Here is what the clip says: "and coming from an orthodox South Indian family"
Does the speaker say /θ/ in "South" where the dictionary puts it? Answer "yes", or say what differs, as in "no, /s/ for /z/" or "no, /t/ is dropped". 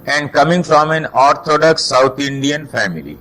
no, /t/ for /θ/